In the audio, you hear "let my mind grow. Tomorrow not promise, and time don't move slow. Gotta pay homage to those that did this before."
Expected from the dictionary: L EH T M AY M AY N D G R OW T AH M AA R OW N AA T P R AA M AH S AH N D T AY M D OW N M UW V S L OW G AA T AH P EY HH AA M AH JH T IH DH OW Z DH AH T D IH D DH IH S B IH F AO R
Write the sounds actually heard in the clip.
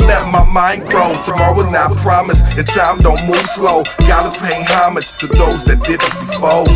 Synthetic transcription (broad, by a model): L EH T M AY M AY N G R OW T AH M AA R OW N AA P R AA M AH S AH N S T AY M D OW N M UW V S L OW G AA T AH P EY HH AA M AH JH T IH DH OW Z DH AH T D IH D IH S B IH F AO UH